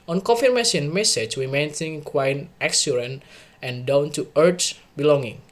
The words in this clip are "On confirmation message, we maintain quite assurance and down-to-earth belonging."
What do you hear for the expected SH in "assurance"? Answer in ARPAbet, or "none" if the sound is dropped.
S